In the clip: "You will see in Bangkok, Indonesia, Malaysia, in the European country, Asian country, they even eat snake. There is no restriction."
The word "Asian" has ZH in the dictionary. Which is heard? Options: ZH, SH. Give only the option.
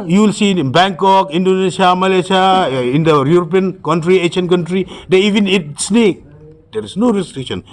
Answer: SH